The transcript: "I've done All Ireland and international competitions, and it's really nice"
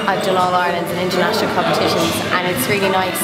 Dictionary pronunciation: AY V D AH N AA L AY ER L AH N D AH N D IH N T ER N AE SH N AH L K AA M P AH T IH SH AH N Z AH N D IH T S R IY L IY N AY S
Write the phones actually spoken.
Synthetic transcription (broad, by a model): AY V D AH N AA L AY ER L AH N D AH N IH N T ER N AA SH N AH L K AA M P AH T IH SH AH N Z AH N IH T S R IY L IY N AY S